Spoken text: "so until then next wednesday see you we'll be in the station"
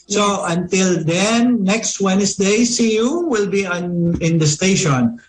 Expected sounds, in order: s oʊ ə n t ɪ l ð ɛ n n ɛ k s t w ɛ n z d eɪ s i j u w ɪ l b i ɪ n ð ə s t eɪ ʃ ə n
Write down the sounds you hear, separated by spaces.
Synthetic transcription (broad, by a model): s oʊ ə n t ɪ l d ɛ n n ɛ k s t w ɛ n s d eɪ s i j u w ɪ l b i ɪ n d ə s t eɪ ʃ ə n